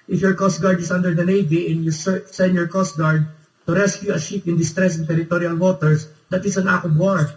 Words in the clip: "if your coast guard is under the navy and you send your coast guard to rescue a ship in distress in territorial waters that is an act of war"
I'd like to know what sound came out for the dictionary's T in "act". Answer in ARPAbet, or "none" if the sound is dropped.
none